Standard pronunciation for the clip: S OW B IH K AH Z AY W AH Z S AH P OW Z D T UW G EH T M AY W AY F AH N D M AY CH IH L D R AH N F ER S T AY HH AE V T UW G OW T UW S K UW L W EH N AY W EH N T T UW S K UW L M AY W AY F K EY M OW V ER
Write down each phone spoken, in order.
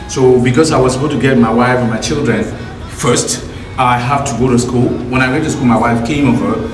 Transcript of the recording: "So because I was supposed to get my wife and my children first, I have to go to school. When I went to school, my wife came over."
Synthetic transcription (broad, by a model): S OW B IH K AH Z AY W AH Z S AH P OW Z T UW G EH T M AY W AY F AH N M AY CH IH L D R AH N F ER S T AY HH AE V T UW G OW T UW S K UW L W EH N AY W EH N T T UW S K UW L M AY W AY F K EY M OW V ER